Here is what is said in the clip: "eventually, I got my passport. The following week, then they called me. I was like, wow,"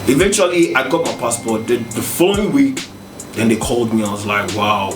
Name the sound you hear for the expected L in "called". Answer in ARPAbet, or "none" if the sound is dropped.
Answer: L